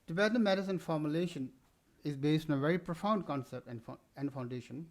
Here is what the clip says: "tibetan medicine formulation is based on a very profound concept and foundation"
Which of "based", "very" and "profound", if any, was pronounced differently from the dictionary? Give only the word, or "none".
none